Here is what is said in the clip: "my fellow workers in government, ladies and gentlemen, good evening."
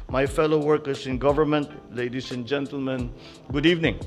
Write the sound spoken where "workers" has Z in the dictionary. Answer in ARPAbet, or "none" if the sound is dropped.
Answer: S